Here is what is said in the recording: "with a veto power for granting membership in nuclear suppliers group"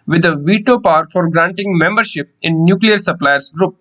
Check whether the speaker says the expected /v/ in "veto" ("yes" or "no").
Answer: yes